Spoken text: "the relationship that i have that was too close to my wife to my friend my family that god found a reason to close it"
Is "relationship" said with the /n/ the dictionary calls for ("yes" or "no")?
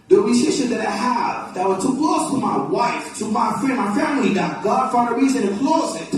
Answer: no